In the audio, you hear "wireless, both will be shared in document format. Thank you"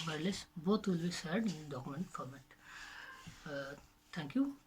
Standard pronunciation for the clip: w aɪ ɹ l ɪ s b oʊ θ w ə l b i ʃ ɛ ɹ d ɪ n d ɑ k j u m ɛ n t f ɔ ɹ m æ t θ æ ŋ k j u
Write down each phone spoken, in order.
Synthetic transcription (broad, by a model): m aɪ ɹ l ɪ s b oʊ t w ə l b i s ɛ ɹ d ɪ n d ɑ k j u m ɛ n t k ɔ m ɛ t t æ ŋ k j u